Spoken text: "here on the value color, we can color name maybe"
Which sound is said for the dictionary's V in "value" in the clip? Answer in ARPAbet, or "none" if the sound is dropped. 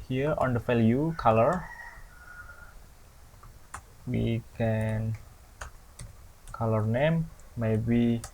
F